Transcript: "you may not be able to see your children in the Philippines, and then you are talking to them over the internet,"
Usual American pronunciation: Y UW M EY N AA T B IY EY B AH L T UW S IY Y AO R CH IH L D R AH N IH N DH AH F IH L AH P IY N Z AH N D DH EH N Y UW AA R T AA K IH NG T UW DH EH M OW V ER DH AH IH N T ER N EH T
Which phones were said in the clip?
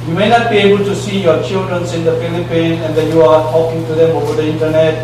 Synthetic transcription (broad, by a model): Y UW M EY N AA T B IY EY B AH L T UW S IY Y AO R CH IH L D R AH N IH N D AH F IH L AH P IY N AH N D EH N Y UW AA R T AA K IH NG T UW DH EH M OW V ER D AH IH N T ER N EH T